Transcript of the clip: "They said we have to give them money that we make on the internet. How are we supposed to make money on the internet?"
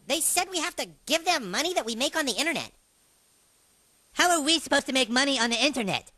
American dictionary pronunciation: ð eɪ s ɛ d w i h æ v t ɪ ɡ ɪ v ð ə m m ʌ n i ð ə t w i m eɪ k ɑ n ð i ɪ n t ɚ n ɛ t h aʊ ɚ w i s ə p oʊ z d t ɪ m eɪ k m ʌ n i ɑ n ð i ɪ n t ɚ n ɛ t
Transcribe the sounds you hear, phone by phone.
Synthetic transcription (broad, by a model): ð eɪ s ɛ d w i h æ f t ɪ ɡ ɪ v ð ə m m ʌ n i ð ə t w i m eɪ k n ð i ɪ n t ɚ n ɛ t h aʊ ɚ w i s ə p oʊ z t ɪ m eɪ k m ʌ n i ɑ n ð i ɪ n t ɚ n ɛ t